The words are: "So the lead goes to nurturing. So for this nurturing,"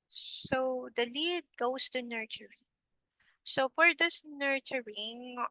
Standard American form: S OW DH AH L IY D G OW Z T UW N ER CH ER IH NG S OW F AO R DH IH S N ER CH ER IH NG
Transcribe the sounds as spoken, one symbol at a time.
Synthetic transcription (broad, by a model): S OW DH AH L IY D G OW S T UW N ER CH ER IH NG S OW F AO R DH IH S N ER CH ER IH NG